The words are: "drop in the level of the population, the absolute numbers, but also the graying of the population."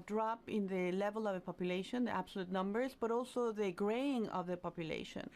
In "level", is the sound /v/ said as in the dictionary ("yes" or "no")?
yes